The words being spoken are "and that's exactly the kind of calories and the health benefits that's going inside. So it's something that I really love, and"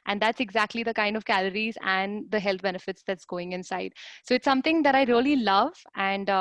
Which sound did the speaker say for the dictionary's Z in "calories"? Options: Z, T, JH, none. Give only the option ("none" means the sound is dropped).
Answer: Z